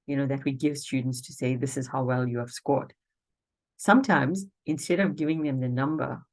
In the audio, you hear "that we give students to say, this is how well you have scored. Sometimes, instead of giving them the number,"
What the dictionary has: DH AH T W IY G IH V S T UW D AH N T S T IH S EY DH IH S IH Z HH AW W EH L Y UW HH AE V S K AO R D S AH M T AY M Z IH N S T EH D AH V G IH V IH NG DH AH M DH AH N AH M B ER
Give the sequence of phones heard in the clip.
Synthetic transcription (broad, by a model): DH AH T W IY G IH V S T UW D N T S T IH S EY DH IH S IH Z HH AW W EH L Y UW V S K AO R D S AH M T AY M Z IH N S T EH D AH V G IH V IH NG DH AH M DH AH N AH M B ER